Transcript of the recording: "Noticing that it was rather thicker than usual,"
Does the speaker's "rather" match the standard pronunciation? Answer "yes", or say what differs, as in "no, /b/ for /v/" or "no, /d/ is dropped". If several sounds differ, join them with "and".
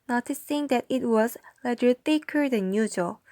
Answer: no, /l/ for /ɹ/